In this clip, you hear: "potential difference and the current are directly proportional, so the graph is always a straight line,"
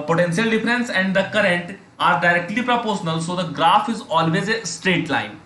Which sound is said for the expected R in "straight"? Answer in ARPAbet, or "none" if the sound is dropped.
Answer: R